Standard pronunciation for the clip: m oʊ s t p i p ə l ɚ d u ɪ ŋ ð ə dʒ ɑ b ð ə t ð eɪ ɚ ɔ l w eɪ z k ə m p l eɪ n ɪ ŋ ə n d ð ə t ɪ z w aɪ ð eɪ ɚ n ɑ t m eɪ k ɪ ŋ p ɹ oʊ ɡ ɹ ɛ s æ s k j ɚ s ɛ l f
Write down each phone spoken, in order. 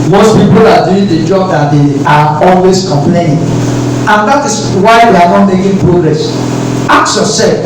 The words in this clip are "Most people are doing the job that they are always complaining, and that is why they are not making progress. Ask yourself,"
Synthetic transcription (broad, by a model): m oʊ s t p i p ə l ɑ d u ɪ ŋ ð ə dʒ ɑ b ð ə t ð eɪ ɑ ɔ l w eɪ s k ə m p l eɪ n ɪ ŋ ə n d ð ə t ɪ s w aɪ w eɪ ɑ n ɑ t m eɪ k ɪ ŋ p ɹ oʊ ɡ ɹ ɛ s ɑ k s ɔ s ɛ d